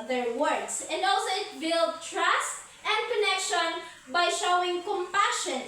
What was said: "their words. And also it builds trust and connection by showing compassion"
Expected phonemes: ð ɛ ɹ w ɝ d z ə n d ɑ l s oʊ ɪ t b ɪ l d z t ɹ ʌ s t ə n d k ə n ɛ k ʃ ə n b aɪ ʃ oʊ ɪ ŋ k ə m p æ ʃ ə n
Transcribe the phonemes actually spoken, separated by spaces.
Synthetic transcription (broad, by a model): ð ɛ ɹ w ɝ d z ə n d ɑ l s oʊ ɪ t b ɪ l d t ɹ ʌ s t ə n d k ə n ɛ k ʃ ə n b aɪ ʃ oʊ ɪ ŋ k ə m p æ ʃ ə n